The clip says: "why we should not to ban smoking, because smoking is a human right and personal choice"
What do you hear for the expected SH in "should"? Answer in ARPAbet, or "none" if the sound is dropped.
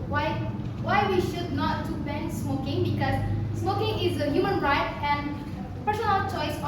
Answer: SH